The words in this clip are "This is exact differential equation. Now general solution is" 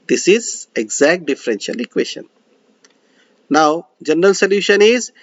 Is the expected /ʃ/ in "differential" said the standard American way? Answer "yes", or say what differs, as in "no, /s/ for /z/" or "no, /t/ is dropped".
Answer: yes